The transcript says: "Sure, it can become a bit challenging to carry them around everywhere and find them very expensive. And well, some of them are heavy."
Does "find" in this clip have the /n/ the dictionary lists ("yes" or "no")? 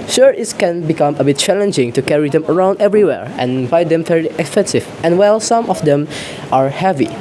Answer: no